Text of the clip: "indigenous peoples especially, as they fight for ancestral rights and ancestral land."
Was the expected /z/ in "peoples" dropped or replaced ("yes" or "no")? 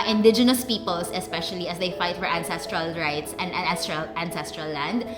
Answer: yes